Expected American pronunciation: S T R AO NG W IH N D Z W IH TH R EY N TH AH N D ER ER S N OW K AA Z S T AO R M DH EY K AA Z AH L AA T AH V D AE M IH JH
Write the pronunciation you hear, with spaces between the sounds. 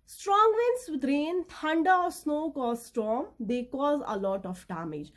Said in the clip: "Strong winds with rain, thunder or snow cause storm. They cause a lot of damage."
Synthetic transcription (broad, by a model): S T R AO NG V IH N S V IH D R EY N T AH N D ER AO S N OW K AA Z S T AO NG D EY K AA Z AH L AA T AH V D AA M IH JH